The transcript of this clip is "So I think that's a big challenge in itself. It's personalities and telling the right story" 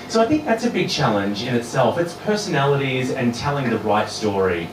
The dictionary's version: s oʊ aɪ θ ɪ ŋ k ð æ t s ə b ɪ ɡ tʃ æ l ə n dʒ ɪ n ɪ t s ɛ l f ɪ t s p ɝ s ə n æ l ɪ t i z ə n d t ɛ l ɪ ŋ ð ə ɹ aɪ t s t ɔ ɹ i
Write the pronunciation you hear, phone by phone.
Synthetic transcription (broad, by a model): s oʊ aɪ θ ɪ ŋ k ð æ t s ə b ɪ ɡ tʃ æ l ə n dʒ ɪ n ɪ t s ɛ l f ɪ t s p ɝ s ə n æ l ɪ t i z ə n t ɛ l ɪ ŋ ð ə ɹ aɪ t s t ɔ ɹ i